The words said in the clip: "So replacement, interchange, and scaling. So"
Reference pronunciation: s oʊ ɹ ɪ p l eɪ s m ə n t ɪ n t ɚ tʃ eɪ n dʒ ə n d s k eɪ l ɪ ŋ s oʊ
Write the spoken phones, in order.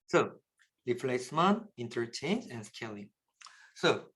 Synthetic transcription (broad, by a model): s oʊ l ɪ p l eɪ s m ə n ɪ n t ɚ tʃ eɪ n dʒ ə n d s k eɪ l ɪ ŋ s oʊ